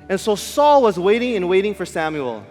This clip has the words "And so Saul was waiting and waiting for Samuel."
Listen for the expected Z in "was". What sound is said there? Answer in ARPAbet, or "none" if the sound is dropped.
Z